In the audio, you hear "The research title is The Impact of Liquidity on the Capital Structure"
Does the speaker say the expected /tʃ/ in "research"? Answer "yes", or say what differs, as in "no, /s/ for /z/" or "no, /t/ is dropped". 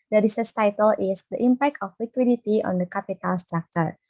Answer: no, /s/ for /tʃ/